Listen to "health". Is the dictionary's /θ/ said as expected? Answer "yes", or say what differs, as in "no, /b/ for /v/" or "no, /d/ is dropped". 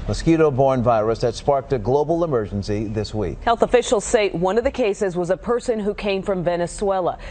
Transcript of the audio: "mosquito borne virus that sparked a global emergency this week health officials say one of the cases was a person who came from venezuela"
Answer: yes